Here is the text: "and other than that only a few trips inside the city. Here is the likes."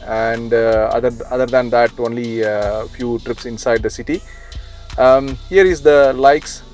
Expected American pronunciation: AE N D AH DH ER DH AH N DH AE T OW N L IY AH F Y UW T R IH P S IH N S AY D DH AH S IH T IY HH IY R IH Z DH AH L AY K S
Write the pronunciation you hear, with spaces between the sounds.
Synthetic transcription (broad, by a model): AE N D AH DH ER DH AH N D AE T OW N L IY F Y UW T R IH P S IH N S AY D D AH S IH T IY HH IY R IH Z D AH L AY K S